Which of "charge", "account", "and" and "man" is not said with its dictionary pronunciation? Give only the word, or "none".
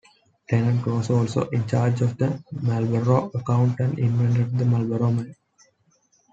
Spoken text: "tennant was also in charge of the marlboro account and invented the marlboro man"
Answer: man